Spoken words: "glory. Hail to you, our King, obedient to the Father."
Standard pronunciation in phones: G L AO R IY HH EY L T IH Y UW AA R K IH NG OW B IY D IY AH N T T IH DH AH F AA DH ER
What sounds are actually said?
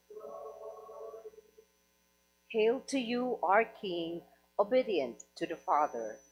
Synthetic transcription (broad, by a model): HH EY L T IH Y UW AA R K IH NG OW B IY D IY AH N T T IH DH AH F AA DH ER